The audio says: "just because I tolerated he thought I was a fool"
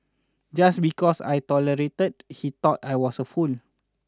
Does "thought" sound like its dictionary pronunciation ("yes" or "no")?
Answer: no